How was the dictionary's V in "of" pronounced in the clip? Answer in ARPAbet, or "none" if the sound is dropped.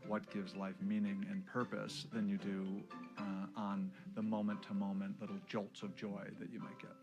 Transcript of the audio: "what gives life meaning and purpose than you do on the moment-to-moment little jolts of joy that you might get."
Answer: V